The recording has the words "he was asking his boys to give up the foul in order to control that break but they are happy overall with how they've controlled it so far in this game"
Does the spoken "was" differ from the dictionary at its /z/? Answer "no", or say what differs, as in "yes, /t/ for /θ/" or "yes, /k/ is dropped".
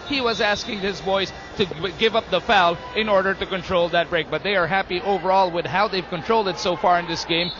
no